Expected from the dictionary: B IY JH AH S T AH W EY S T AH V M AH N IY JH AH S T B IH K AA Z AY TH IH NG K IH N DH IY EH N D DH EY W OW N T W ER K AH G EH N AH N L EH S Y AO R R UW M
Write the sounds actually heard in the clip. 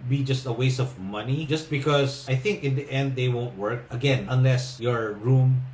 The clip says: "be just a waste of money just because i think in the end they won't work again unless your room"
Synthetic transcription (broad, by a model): B IY JH AH S T AH W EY S AH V M AH N IY JH AH S T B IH K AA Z AY TH IH NG K IH N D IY EH N D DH EY W OW N T W ER K AH G EH N AH N L EH S Y AO R R UW M